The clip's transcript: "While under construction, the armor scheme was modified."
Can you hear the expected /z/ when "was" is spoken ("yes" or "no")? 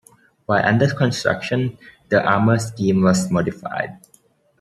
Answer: no